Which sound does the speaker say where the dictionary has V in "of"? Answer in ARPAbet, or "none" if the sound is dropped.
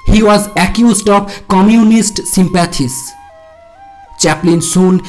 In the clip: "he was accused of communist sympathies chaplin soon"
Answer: B